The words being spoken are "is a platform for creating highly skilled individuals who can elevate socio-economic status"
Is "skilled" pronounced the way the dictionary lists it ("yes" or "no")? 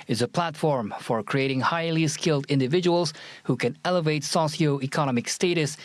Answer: yes